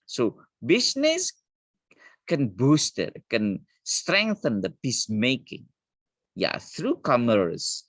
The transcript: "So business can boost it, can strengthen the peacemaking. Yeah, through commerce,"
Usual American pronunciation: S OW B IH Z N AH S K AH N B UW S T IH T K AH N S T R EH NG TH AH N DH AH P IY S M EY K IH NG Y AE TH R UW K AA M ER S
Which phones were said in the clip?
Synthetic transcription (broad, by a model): S OW B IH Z N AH S K AH N B UW S T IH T K AH N S T R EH NG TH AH N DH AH P IY S M EY K IH NG Y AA TH R UW K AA M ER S